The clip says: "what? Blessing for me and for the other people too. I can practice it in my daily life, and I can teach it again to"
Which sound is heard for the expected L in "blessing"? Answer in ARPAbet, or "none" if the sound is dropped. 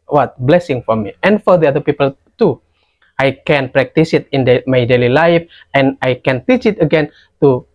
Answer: L